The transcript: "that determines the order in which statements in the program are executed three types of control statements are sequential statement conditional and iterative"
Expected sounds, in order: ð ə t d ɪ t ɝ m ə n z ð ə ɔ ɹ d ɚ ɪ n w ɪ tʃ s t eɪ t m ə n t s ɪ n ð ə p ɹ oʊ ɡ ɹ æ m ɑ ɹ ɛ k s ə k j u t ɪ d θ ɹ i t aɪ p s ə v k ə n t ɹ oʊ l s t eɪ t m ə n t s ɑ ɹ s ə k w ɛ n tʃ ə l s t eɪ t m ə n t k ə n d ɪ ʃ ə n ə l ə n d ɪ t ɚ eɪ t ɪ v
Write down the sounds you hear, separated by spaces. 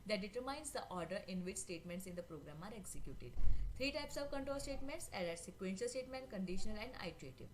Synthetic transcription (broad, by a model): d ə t d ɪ t ɝ m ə n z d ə ɔ ɹ d ɚ ɪ n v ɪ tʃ s t eɪ t m ə n t s ɪ n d ə p ɹ oʊ ɡ ɹ æ m ɑ ɹ ɛ k s ə k j u t ɪ d t ɹ i t aɪ p s ə v k ə n t ɹ oʊ l s t eɪ t m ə n t s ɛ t s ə k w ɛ n ʃ ə l s t eɪ t m ə n t k ə n d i ʃ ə n ə l ə n d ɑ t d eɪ t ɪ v